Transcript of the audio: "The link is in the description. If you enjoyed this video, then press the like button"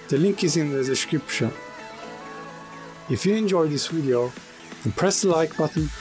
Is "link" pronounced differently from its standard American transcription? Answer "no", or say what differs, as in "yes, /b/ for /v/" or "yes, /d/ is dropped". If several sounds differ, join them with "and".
no